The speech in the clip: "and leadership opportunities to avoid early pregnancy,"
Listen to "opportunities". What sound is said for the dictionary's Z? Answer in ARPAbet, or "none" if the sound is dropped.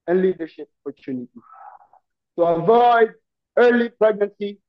none